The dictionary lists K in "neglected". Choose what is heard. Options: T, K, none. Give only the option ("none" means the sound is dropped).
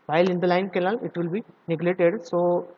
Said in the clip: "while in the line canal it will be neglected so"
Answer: none